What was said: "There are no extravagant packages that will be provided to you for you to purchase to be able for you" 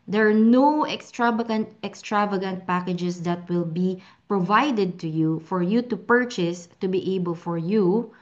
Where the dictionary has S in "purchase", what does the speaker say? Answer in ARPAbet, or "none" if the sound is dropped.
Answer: S